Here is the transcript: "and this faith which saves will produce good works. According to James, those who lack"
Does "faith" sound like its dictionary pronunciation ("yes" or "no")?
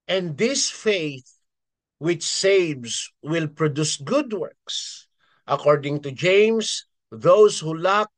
yes